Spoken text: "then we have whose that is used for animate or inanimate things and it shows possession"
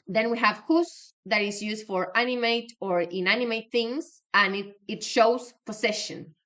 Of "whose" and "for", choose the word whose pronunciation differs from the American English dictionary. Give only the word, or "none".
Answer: whose